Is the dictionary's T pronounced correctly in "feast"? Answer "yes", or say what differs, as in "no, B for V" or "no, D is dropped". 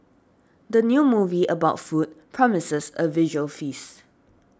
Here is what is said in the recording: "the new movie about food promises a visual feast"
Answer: no, T is dropped